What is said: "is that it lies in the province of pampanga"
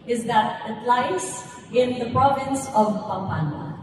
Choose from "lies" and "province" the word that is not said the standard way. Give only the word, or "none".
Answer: lies